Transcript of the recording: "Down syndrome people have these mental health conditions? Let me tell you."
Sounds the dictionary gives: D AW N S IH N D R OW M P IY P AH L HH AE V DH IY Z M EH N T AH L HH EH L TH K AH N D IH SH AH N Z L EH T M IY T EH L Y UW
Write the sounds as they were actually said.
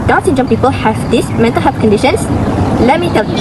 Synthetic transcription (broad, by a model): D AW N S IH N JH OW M P IY P AH L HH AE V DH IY S M EH N T AH L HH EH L F K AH N D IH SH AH N S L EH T M IY T EH L